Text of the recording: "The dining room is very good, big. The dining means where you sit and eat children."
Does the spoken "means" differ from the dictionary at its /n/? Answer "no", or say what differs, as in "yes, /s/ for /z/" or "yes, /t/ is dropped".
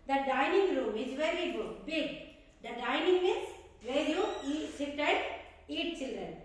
yes, /n/ is dropped